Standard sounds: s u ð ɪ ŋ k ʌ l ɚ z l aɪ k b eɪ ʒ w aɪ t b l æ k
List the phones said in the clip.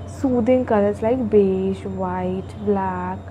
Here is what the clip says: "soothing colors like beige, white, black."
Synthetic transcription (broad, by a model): s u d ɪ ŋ k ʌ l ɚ s l aɪ k b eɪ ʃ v aɪ t b l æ k